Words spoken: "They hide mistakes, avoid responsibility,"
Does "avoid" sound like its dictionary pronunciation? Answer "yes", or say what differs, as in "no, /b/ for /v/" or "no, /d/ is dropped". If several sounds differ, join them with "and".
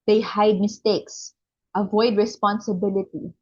yes